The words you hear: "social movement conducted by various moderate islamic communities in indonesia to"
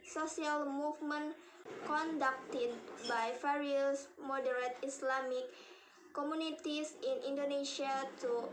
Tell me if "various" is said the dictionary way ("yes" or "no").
no